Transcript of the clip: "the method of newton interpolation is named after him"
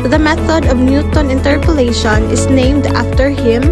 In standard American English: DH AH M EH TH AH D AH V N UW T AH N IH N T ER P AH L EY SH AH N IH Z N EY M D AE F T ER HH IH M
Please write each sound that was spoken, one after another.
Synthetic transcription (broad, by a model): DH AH M EH TH AH D AH V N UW T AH N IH N T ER P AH L EY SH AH N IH S N EY M D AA F T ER HH IH M